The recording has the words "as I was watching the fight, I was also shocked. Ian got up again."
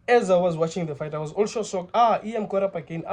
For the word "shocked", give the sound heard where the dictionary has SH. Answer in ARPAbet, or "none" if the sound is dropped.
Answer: S